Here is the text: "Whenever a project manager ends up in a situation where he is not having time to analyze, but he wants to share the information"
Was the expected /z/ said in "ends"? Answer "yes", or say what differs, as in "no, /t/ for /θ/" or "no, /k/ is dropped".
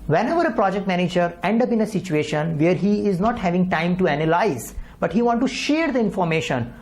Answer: no, /z/ is dropped